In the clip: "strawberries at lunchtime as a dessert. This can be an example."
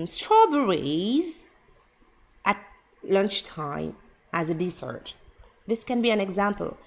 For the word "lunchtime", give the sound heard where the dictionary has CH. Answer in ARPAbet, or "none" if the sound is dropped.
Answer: CH